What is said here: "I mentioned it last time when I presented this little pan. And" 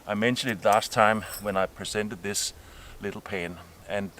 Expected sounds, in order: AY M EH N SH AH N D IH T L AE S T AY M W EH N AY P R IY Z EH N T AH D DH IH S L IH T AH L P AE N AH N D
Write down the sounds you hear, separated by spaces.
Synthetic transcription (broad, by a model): AY M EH N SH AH N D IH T L AE S T AY M W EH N AY P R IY S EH N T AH D DH IH S L IH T L P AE N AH N